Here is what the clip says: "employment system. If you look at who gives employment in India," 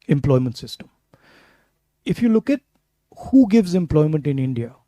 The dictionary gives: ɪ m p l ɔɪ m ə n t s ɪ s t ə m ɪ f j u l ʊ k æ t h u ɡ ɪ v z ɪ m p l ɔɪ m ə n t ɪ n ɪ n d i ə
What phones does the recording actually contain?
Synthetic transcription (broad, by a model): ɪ m p l ɔɪ m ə n t s ɪ s t ə m ɪ f j u l ʊ k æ t h u ɡ ɪ v z ɪ m p l ɔɪ m ə n t ɪ n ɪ n d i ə